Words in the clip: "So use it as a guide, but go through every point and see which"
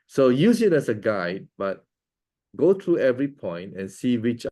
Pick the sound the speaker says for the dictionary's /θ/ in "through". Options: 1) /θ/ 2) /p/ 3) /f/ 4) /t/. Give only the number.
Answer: 4